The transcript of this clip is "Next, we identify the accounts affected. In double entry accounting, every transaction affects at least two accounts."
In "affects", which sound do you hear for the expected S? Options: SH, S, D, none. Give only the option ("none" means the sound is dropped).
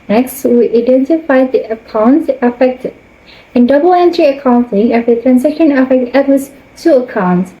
none